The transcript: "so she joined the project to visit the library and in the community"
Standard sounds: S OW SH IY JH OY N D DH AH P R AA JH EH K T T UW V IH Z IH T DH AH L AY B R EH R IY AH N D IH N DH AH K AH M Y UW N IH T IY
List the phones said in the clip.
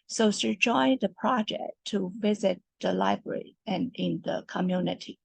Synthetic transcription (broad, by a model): S OW S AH JH OY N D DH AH P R AA JH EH K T T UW V IH Z IH T DH AH L AY B R EH R IY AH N IH N DH AH K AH M Y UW N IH T IY